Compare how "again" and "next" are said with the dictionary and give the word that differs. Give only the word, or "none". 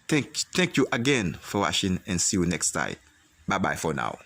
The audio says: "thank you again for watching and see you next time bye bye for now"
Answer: none